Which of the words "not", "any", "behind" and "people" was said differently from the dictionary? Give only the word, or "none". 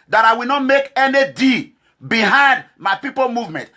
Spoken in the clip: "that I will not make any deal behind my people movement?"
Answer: none